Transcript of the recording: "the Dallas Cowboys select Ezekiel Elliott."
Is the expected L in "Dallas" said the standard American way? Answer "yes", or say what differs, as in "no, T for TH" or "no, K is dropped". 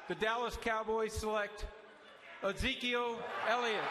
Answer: yes